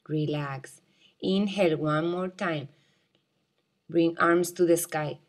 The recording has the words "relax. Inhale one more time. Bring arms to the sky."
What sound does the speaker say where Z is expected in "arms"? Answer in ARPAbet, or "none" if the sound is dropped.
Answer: S